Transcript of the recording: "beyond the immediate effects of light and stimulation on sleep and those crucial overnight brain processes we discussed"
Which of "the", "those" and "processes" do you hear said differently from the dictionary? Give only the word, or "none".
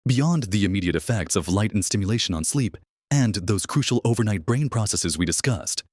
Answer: none